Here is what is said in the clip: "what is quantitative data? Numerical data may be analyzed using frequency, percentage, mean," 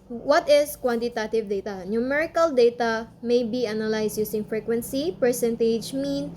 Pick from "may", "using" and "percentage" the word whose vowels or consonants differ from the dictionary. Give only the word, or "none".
using